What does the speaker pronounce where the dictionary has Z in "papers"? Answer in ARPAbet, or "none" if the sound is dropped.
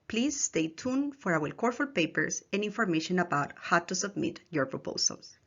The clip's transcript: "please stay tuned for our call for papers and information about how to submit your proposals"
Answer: S